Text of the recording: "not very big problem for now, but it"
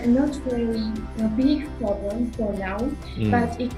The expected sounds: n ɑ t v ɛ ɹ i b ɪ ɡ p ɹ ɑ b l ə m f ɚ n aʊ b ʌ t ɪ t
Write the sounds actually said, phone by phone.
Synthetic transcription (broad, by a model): n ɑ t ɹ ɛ l i b ɪ ɡ p ɹ ɑ b l ə m f ɚ n aʊ b ʌ t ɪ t